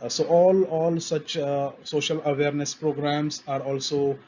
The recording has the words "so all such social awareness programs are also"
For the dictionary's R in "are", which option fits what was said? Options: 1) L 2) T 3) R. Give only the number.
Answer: 3